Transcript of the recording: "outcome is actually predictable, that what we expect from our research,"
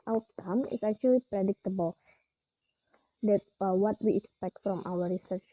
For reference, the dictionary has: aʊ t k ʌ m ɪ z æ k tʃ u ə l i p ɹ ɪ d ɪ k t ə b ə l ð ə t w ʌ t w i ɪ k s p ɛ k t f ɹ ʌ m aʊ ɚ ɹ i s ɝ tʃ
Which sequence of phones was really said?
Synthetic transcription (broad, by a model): aʊ t k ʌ m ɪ s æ k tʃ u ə l i p ɹ ɪ d ɪ k t ə b ə l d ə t w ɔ t w i ɪ k s p ɛ k t f ɹ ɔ m aʊ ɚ ɹ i s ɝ tʃ